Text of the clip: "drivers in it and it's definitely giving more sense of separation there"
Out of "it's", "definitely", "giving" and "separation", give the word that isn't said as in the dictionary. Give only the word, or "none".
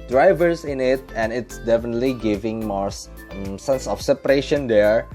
none